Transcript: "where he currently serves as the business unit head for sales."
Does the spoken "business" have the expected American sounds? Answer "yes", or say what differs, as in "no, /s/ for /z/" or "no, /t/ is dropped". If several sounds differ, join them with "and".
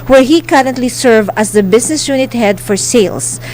no, /s/ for /z/